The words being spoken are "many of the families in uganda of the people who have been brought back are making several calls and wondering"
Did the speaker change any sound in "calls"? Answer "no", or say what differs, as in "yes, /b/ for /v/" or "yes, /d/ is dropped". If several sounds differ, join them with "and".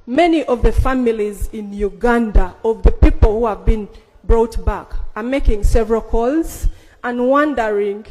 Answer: no